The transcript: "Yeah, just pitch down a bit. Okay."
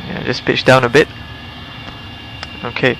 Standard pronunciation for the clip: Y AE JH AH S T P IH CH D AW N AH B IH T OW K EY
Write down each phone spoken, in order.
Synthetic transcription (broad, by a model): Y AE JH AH S P IH CH D AW N AH B IH T OW K EY